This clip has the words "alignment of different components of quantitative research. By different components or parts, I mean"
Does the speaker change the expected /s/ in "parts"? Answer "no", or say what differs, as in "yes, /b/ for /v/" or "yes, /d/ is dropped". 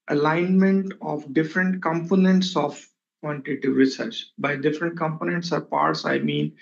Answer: no